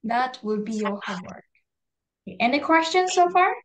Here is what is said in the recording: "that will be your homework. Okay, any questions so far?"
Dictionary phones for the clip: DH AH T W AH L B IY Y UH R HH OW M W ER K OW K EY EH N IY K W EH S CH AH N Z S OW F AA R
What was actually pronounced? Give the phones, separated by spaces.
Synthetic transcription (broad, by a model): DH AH T W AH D B IY Y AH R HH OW W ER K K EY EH N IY K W EH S CH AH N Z S OW F AA R